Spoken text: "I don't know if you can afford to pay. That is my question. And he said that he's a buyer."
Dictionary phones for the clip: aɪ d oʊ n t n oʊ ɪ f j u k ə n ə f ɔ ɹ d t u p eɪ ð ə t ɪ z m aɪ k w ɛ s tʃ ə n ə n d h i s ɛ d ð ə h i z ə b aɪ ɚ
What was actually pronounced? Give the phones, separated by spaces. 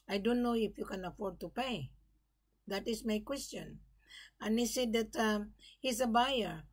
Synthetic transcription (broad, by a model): aɪ d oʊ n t n oʊ ɪ f j u k ə n ə f ɔ ɹ d t u p eɪ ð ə t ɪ s m aɪ k w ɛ s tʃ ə n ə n h i s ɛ d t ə h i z ə b aɪ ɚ